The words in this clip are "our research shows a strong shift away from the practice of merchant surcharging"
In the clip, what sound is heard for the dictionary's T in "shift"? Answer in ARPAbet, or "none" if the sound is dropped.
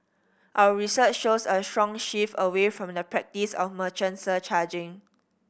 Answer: none